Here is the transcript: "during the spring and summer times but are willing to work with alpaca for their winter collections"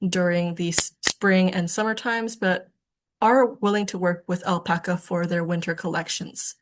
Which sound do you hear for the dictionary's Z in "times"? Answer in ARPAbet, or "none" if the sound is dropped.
Z